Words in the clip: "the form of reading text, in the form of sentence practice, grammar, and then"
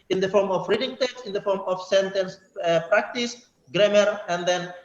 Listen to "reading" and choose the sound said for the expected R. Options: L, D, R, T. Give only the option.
R